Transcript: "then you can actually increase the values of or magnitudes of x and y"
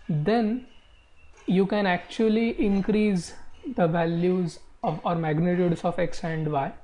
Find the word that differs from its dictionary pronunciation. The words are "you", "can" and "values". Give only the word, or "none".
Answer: none